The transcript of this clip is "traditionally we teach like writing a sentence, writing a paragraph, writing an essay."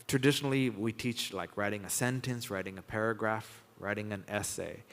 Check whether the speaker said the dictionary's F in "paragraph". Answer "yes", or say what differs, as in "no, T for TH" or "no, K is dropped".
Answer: yes